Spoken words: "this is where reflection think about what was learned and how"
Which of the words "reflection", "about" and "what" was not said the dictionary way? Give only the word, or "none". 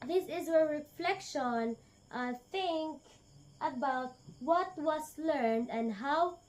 none